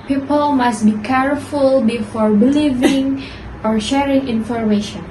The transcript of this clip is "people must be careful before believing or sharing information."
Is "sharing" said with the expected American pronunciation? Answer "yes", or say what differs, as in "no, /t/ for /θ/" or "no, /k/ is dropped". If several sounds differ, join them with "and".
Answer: yes